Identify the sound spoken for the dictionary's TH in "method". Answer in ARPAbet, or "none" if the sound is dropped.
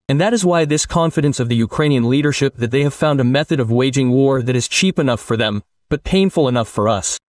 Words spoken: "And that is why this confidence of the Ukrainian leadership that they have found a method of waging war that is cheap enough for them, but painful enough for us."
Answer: TH